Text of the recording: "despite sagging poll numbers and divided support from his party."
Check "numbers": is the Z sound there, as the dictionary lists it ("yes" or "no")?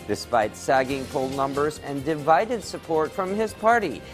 yes